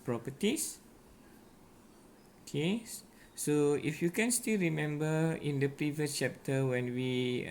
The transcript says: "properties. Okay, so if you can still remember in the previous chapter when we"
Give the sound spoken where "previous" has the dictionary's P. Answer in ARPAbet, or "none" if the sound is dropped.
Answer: P